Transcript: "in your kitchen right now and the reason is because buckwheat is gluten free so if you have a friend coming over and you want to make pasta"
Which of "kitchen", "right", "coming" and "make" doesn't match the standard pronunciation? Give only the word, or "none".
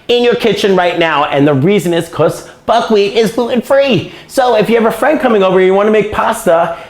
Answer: none